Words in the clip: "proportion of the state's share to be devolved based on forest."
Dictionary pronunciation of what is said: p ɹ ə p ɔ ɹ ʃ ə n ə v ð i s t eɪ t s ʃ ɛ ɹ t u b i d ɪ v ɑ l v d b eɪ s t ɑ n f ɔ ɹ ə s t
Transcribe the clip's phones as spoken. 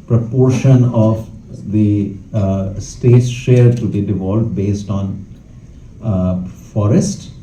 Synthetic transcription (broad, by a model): p ɹ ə p ɔ ɹ ʃ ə n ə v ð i s t eɪ t s ʃ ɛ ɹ t u b i d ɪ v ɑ l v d b eɪ s t ɑ n f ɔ ɹ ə s t